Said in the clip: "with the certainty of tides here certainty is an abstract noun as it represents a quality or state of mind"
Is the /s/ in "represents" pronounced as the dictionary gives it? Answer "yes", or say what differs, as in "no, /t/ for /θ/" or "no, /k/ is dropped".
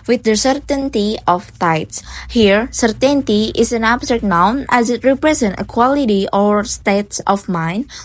no, /s/ is dropped